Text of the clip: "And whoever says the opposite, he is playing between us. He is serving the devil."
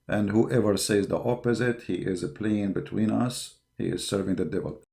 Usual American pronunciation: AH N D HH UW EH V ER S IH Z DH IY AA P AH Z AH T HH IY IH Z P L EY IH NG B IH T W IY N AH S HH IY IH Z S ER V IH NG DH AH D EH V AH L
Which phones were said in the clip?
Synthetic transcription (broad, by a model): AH N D HH UW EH V ER S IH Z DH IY AA P AH Z AH T HH IY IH Z P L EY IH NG B IH T W IY N AH S HH IY IH Z S ER V IH NG DH AH D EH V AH L